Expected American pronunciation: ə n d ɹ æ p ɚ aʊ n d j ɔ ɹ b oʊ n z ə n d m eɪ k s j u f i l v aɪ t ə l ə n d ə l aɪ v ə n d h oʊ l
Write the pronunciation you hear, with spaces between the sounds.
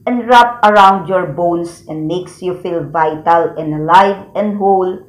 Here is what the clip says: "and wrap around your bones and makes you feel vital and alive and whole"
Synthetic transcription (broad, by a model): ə n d ɹ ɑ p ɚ aʊ n d j ɔ ɹ b oʊ n s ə n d m eɪ k s j u f i l v aɪ t ə l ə n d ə l aɪ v ə n d h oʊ l